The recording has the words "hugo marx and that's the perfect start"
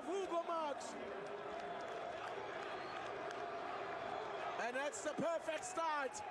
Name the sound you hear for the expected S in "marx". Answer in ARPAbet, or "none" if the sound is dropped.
none